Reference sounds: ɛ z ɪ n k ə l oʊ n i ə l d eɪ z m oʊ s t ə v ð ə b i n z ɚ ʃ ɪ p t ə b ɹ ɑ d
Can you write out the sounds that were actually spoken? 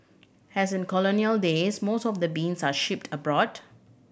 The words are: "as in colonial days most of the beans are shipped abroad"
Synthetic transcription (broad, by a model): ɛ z ɪ n k ə l oʊ n i ə l d eɪ s m oʊ s t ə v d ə b i n s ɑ ʃ ɪ p t ə b ɹ ɑ d